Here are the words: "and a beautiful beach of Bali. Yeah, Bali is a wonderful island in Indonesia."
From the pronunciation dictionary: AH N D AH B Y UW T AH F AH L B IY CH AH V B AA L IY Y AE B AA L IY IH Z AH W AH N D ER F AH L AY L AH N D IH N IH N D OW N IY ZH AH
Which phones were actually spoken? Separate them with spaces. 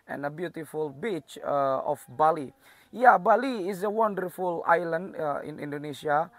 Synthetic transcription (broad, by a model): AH N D AH B Y UW T AH F AH L B IY CH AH F B AA L IY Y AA B AA L IY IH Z AH W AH N D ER F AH L AY L AH N D IH N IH N D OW N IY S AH